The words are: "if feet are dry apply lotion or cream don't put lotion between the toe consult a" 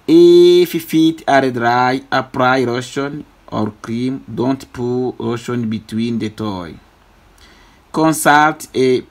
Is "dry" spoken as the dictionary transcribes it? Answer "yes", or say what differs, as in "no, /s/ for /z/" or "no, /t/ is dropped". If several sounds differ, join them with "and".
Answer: yes